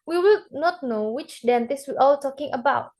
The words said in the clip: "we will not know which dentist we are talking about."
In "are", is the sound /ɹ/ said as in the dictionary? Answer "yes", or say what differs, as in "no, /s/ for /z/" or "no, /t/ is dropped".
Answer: no, /l/ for /ɹ/